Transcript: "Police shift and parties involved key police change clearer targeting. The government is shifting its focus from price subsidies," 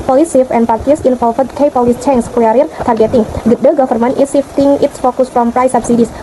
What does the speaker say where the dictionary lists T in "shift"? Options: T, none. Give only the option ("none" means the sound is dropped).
none